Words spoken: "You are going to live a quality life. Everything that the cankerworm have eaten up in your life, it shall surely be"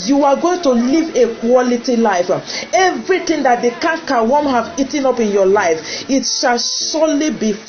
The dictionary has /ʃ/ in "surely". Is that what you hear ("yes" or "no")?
no